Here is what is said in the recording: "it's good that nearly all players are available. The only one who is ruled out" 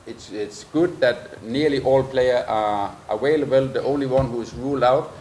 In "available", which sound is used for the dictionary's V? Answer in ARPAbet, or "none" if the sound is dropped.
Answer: W